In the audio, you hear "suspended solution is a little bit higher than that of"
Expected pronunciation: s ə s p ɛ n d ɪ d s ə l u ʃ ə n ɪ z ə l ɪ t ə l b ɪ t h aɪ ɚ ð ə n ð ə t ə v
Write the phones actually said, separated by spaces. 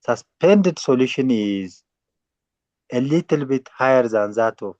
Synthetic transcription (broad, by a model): s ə s p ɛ n d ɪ d s ə l u ʃ ə n ɪ z ə l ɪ t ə l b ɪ t h aɪ ɚ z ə n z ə t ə